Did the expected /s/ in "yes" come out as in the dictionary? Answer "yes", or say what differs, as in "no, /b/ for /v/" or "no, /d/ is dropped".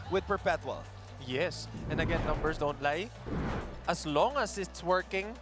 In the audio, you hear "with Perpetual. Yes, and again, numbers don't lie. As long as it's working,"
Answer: yes